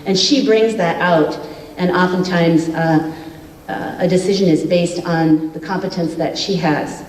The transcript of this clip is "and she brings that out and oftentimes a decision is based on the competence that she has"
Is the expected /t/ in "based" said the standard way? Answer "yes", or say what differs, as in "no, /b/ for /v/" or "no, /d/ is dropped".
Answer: yes